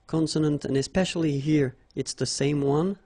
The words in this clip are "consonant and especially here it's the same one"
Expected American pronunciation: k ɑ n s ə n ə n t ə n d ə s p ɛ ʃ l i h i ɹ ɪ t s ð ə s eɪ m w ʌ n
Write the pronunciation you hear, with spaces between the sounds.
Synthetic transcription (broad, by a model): k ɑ n s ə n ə n t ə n ə s p ɛ ʃ l i h i ɹ ɪ t s ð ə s eɪ m w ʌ n